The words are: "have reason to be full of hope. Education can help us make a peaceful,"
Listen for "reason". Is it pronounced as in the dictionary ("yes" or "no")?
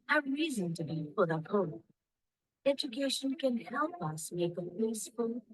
yes